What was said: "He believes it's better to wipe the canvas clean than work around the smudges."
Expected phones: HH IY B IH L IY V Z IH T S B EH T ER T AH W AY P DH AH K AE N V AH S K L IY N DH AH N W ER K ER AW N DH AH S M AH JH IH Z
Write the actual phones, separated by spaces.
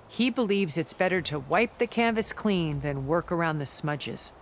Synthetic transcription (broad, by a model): HH IY B IH L IY V Z IH T S B EH T ER T AH W AY P DH AH K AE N V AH S K L IY N DH AH N W ER K ER AW N DH AH S M AH JH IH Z